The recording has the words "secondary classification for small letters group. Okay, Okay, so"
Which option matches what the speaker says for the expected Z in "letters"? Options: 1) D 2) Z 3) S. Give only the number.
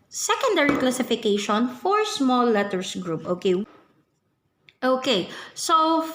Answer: 3